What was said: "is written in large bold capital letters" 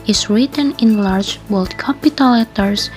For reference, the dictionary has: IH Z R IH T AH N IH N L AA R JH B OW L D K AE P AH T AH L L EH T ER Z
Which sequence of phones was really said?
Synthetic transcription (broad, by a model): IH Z R IH T AH N IH N L AA R JH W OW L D K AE P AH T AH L L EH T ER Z